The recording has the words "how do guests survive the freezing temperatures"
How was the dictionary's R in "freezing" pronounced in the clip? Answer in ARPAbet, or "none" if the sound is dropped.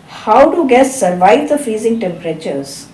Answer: none